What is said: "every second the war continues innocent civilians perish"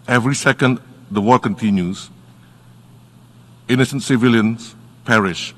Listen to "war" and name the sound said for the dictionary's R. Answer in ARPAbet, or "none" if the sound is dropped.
L